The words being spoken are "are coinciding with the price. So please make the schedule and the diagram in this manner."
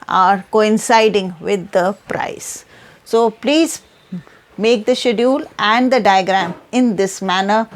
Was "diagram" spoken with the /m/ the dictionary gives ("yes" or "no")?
yes